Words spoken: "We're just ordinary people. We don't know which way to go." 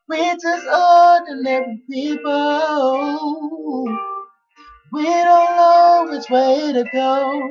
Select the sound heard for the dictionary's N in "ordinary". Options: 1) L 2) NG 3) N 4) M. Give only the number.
1